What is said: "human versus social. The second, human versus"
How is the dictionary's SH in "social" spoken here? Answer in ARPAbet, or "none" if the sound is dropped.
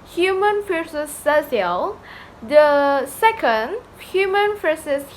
none